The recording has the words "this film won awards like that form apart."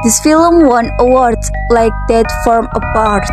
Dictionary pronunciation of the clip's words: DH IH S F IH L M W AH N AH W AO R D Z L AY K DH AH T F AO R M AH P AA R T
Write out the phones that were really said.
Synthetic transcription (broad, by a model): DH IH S F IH L M W AH N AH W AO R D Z L AY K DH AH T F AO R M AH P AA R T